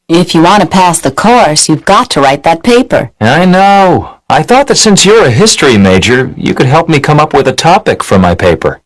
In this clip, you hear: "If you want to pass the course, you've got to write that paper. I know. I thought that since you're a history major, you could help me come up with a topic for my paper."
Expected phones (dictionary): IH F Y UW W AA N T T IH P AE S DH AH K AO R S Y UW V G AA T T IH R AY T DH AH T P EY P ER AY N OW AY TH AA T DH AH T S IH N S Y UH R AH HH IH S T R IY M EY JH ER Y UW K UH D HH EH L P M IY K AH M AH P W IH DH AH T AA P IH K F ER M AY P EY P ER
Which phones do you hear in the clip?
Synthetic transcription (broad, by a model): IH F Y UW W AA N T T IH P AE S DH AH K AO R S Y UW V G AA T T IH R AY T DH AH T P EY P ER AY N OW AY TH AA T DH AH T S IH N S Y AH R AH HH IH S T R IY M EY JH ER Y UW K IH D HH EH L P M IY K AH M AH P W IH DH AH T AA P IH K F ER M AY P EY P ER